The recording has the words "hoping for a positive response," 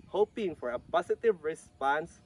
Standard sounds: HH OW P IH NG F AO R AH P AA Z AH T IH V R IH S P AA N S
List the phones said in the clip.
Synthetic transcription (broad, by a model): HH OW P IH NG F AO R AH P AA S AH T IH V R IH S P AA N S